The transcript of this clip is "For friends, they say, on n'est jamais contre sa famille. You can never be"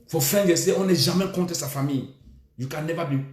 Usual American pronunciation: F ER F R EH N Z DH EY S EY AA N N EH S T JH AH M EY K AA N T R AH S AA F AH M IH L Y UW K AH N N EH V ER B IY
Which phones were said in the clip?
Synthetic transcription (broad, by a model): F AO F R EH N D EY S EY AA N L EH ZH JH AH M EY K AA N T AH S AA F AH M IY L Y UW K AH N N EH V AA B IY